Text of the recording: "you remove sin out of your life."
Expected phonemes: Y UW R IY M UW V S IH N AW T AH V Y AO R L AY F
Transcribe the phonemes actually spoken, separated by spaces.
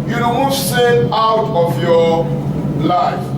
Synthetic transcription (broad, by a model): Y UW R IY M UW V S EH AW T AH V Y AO L AY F